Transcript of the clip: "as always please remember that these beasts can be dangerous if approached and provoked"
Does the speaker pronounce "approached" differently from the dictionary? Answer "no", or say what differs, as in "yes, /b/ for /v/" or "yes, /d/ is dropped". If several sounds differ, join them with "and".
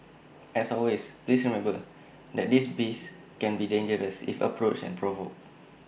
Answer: yes, /t/ is dropped